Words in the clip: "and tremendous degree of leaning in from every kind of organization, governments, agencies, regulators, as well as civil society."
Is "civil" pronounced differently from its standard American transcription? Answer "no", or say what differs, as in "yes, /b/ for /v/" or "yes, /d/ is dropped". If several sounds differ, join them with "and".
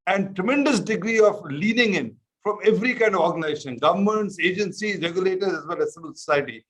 yes, /b/ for /v/